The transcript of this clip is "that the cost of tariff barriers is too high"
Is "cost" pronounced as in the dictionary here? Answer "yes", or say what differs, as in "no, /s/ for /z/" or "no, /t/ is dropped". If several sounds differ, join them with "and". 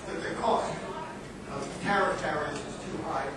yes